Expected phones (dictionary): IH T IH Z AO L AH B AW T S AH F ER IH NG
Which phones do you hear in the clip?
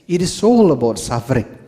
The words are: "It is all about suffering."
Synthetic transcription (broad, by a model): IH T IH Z AO L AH B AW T S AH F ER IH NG